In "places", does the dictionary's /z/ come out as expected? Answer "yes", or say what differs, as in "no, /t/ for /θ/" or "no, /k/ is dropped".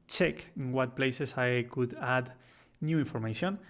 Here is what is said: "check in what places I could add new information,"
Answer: no, /s/ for /z/